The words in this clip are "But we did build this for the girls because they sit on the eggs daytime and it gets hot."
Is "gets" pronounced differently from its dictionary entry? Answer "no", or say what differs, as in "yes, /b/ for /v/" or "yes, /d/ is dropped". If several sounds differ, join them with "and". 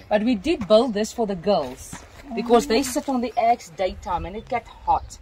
yes, /s/ is dropped